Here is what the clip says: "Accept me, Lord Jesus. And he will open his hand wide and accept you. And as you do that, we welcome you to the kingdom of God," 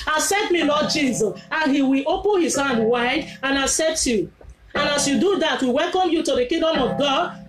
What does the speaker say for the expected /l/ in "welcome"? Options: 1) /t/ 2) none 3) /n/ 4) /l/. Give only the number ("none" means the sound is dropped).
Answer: 4